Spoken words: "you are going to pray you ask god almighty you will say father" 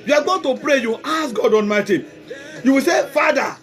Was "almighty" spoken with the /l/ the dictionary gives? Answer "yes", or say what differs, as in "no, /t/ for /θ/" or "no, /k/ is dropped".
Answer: no, /n/ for /l/